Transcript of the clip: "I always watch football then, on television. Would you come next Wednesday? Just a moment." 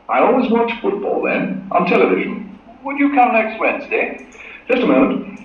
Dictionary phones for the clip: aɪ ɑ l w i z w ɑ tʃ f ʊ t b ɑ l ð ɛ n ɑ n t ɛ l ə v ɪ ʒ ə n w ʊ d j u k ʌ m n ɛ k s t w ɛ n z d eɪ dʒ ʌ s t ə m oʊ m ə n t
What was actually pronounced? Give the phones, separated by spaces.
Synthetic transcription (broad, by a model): aɪ ɑ l w i z w ɑ tʃ f ʊ t b ɑ l ð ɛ n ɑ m t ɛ l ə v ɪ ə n w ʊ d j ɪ k ʌ m n ɛ k s t w ɛ n z d eɪ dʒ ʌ s t ə m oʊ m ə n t